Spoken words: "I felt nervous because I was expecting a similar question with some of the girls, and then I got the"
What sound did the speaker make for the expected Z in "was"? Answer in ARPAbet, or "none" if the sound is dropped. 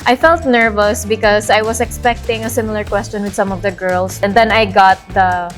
S